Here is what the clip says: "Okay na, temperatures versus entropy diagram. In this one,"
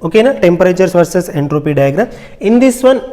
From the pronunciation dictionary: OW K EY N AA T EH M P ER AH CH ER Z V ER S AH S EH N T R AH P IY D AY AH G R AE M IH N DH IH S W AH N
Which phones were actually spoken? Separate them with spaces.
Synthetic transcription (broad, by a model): OW K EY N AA T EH M P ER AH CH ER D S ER S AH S EH N T R AH P IY D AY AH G R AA IH N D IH S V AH N